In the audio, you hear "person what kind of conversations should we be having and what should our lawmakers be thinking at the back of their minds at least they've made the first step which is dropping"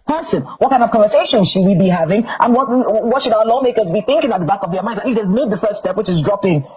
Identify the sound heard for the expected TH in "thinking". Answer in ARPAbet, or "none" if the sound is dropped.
TH